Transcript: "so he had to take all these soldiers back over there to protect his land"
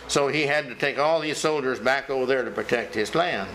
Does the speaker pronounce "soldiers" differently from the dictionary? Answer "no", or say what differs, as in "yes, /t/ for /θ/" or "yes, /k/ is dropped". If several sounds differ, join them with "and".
no